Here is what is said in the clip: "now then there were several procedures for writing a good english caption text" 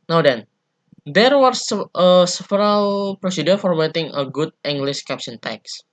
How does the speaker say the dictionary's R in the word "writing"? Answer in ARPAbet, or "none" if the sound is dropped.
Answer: W